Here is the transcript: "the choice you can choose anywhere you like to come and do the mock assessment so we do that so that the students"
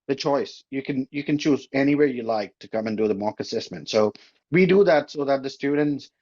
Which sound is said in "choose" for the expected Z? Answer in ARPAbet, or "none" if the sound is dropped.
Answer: Z